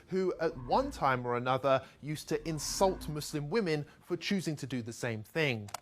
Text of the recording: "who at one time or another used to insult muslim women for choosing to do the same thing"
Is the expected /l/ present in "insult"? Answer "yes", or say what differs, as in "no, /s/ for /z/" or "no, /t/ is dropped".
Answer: yes